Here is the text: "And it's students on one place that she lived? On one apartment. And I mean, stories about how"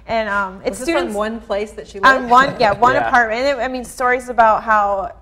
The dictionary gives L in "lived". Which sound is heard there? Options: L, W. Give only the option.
W